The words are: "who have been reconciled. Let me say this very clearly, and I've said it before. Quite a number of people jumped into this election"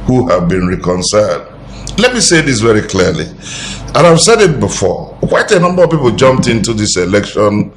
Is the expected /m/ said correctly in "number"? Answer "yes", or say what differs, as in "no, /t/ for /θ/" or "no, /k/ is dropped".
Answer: yes